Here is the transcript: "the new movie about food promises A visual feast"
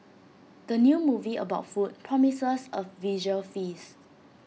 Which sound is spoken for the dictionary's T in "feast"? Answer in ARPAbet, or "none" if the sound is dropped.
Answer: none